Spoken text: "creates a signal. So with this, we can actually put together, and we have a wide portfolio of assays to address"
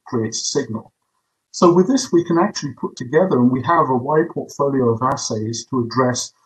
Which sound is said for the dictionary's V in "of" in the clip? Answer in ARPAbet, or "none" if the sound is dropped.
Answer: V